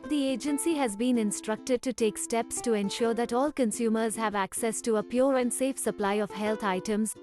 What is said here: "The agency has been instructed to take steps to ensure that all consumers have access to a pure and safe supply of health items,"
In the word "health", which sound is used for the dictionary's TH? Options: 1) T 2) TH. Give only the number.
1